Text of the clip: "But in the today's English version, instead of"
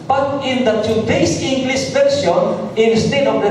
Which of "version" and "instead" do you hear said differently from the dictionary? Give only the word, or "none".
version